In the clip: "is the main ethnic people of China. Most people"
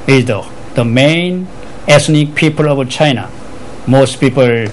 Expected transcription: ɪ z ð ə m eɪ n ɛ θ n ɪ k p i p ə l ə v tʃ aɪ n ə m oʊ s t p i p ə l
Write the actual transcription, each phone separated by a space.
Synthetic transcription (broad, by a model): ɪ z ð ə m eɪ n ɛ s n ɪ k p i p ə l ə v tʃ aɪ n ə m oʊ s t p i p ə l